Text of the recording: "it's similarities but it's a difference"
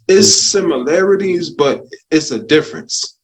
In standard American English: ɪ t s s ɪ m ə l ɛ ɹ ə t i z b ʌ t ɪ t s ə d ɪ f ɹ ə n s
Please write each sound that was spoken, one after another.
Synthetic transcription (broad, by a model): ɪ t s s ɪ m ə l ɛ ɹ ə t i z b ʌ t ɪ t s ə d ɪ f ɹ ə n s